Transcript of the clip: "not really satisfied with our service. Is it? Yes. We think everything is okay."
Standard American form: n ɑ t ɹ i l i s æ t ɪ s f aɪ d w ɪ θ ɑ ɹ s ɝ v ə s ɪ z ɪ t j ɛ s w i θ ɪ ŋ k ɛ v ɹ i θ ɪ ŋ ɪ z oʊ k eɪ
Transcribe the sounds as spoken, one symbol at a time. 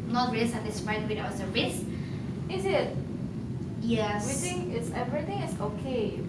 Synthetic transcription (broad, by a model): n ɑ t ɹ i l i s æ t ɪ s f aɪ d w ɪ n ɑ w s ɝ ə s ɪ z ɪ t j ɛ w i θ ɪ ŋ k ɛ v ɹ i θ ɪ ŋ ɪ s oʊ k eɪ